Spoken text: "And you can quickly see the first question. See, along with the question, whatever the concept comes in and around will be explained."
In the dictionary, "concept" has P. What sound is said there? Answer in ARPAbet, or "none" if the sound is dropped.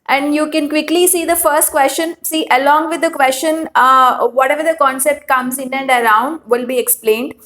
P